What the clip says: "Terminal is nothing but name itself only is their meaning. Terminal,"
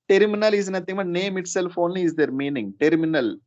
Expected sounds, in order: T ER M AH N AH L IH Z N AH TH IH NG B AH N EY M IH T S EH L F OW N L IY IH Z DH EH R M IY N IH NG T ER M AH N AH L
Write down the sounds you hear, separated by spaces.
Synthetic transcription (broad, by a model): T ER M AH N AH L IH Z N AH T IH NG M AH N EY M IH T S EH L F OW N L IY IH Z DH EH R M IY N IH NG T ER M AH N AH L